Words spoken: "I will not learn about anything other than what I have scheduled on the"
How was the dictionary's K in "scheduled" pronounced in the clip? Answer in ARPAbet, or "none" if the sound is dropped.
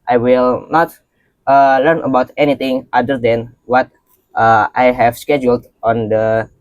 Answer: K